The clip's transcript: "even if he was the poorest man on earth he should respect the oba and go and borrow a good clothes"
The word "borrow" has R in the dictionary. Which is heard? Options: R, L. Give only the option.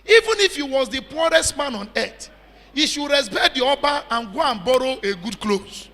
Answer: R